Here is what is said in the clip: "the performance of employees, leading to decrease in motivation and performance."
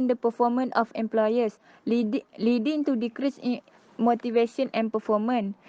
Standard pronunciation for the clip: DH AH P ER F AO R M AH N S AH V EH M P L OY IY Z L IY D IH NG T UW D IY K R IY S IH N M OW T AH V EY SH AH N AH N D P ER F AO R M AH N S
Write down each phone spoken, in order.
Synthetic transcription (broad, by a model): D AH P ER F AO M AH N AH F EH M P L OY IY S L IY D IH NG T UW D IY K R IY S M OW T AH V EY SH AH N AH N P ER F AO M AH N